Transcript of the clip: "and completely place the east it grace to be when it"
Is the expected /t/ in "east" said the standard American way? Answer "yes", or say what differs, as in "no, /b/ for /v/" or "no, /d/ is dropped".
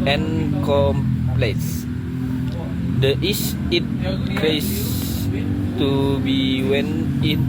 no, /t/ is dropped